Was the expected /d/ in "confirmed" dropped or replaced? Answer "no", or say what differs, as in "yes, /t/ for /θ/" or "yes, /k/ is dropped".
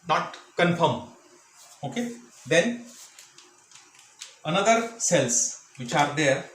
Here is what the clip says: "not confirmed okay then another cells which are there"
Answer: yes, /d/ is dropped